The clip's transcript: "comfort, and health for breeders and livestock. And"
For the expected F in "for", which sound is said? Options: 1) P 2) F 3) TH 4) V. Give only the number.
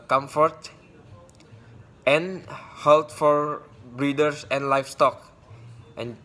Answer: 2